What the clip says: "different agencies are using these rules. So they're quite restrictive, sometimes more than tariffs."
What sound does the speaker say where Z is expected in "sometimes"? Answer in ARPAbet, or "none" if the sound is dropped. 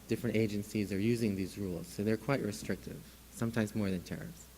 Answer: Z